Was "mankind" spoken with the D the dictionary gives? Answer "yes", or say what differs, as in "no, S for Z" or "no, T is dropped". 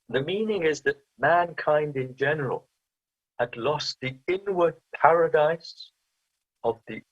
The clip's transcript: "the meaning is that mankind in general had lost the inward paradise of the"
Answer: yes